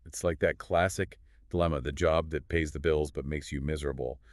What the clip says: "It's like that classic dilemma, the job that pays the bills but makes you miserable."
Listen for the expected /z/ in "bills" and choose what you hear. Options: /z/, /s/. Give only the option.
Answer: /z/